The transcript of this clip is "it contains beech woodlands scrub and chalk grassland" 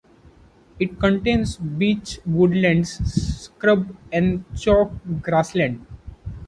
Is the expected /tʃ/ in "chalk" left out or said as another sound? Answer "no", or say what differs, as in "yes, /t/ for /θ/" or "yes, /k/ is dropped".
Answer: no